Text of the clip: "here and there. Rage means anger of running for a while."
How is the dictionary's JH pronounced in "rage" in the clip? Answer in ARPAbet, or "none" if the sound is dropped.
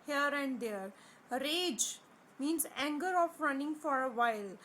JH